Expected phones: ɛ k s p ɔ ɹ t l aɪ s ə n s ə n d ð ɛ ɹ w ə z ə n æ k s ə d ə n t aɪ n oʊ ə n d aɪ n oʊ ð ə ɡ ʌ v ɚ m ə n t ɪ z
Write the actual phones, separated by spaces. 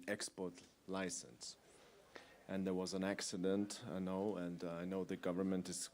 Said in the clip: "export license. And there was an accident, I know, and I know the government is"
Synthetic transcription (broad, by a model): ɛ k s p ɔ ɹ t l aɪ s ə n s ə n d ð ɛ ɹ w ə z ə n æ k s ə d ə n t aɪ n oʊ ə n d aɪ n oʊ ð ə ɡ ʌ v ɚ m ə n t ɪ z